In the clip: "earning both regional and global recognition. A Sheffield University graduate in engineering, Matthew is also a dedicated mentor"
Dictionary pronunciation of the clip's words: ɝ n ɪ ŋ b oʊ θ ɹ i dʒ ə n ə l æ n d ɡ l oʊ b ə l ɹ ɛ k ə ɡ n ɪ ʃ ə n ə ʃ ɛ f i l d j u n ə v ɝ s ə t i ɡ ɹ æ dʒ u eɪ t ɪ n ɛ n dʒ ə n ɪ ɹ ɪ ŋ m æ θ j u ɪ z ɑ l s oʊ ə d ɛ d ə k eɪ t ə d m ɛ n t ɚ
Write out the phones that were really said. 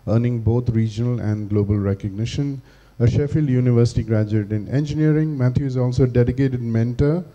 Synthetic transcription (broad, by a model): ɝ n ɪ ŋ b oʊ t ɹ i dʒ ə n ə l æ n d ɡ l oʊ b ə l ɹ ɛ k ə ɡ n ɪ ʃ ə n ə ʃ ɛ f i l d j u n ə v ɝ s ə t i ɡ ɹ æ dʒ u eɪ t ɪ n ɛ n dʒ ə n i ɹ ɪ ŋ m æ t j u ɪ z ɑ l s oʊ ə d ɛ d ə k eɪ t ə d m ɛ n t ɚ